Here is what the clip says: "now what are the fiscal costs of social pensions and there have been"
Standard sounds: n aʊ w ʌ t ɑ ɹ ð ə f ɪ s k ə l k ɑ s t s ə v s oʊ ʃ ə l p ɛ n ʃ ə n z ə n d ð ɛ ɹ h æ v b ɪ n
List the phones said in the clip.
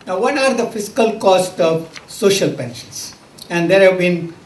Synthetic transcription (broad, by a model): n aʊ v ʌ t ɑ ɹ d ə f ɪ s k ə l k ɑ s t ə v s oʊ ʃ ə l p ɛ n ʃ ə n s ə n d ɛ ɹ h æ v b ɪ n